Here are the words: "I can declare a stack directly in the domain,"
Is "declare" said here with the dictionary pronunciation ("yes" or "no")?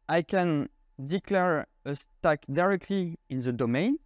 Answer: yes